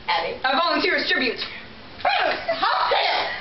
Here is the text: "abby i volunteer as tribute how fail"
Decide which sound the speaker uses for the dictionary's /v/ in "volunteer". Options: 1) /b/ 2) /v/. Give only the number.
2